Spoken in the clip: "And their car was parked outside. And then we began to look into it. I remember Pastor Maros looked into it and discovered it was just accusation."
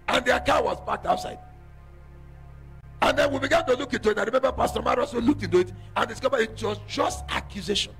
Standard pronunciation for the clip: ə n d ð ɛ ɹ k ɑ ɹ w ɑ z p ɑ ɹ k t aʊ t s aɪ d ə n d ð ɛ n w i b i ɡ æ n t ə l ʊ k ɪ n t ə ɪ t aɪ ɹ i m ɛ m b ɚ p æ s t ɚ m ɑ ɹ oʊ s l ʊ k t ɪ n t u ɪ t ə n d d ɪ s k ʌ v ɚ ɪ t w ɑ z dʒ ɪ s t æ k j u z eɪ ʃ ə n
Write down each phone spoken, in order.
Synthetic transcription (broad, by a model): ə n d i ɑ k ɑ w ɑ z b ɑ k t aʊ t s aɪ d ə n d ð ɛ n w i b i ɡ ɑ n t ə l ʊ k ɪ n t ə ɪ t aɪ ɹ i m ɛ m b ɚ p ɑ s t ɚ m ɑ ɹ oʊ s l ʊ k t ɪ n t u ɪ t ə n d d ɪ s k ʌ v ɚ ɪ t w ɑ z dʒ ɪ s t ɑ k j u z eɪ ʃ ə n